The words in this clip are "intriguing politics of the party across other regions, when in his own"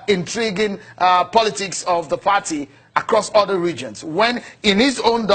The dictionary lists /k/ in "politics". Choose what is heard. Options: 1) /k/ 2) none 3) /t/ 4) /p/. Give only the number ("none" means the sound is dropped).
1